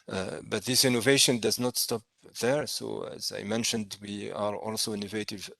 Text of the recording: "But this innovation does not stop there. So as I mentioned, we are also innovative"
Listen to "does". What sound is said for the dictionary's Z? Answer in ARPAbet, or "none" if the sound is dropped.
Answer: Z